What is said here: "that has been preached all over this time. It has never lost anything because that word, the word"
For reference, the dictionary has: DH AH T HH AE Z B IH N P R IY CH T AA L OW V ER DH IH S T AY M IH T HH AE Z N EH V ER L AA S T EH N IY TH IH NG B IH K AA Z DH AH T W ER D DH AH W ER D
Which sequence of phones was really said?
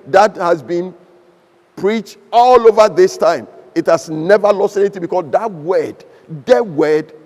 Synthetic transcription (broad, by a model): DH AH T HH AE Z B IH N P R IY CH T AA L OW V ER DH IH S T AY M IH T HH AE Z N EH V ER L AA S T EH N IY TH IH NG B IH K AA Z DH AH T W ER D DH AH W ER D